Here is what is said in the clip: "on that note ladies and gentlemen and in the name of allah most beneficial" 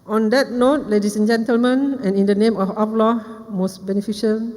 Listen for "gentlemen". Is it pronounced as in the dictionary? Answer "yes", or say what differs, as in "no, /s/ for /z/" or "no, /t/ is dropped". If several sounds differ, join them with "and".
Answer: yes